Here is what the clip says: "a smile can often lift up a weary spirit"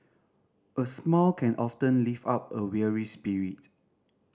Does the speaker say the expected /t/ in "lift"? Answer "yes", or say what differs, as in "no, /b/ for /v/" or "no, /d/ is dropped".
no, /t/ is dropped